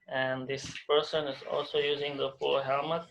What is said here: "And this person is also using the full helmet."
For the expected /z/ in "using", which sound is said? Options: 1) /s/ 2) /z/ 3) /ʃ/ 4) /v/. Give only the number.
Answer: 2